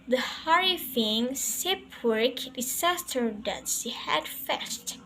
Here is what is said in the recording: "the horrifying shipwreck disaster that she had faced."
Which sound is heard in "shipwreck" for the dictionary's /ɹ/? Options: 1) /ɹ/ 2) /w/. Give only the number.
2